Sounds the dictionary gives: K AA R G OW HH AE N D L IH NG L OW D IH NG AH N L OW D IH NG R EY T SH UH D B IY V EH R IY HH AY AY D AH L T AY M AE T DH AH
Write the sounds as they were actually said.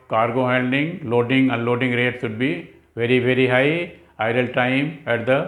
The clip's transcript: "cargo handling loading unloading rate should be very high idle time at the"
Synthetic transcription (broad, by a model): K AA R G OW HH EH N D IH NG L OW D IH NG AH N L OW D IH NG R EY T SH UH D B IY V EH R IY HH AY AY D AH L T AY M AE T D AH